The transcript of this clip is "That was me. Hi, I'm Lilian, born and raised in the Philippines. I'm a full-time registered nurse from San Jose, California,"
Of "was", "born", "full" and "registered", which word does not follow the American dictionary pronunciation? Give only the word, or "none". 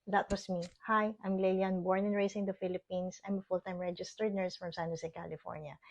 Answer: was